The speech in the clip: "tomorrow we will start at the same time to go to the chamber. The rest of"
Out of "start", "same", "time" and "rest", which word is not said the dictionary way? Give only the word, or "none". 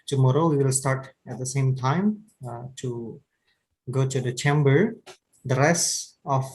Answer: rest